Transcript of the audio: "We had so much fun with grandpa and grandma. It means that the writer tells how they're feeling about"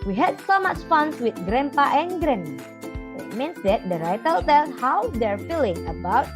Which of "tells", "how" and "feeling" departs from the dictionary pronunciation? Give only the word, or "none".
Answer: tells